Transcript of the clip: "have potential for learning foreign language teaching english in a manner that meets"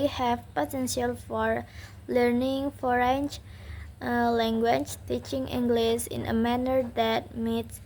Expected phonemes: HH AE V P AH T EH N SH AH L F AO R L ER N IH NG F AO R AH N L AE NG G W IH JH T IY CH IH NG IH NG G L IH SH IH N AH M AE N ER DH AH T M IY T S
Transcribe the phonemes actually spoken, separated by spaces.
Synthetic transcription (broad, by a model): HH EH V P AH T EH N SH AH L F AO R L ER N IH NG F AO R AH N L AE NG G W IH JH T IY CH IH NG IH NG G L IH S IH N AH M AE N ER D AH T M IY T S